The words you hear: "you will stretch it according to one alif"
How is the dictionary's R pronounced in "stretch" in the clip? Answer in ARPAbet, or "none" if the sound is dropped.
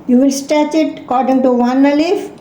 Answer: none